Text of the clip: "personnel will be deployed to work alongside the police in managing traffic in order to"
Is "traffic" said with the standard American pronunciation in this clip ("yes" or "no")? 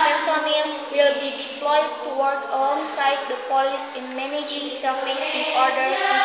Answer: no